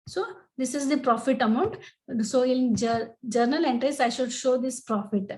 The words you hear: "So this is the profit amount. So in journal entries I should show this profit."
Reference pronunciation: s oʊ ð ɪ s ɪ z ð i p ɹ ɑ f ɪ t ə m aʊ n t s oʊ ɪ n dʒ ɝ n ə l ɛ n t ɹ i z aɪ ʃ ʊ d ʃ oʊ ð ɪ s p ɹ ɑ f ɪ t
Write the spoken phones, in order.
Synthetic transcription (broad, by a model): s oʊ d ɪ s ɪ z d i p ɹ ɑ f ɪ t ə m aʊ n t s oʊ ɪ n dʒ ɝ n ə l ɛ n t ɹ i s aɪ ʃ ʊ d ʃ oʊ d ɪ s p ɹ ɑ f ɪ t